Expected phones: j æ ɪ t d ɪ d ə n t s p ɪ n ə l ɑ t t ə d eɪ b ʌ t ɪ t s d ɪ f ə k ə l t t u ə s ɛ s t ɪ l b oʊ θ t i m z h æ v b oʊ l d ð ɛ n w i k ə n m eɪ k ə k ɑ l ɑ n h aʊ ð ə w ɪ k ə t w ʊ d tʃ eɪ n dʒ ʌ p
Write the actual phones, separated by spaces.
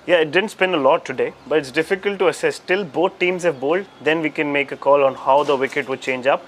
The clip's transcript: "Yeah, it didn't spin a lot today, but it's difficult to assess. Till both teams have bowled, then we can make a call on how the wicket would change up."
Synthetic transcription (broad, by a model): j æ ɪ t d ɪ d ə n t s p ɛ n ə l ɑ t t ə d eɪ b ʌ t ɪ t s d ɪ f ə k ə l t t u ə s ɛ s t ɪ l b oʊ t t i m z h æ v b oʊ l d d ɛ n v i k ə n m eɪ k ə k ɑ l ɑ n h aʊ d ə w ɪ k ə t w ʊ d tʃ eɪ n dʒ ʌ p